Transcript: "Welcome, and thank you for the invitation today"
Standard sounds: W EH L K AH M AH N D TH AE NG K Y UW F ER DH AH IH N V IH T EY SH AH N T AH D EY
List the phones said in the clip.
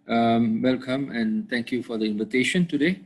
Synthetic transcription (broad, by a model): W EH L K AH M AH N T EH NG K Y UW F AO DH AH IH N V IH T EY SH AH N T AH D EY